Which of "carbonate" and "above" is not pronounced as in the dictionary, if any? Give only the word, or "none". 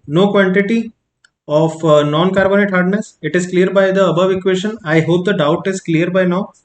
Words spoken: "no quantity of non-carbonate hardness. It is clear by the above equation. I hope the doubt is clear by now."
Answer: none